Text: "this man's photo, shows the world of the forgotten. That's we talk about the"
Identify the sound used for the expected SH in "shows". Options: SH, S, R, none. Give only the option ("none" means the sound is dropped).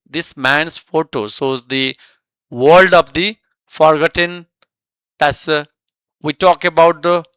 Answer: S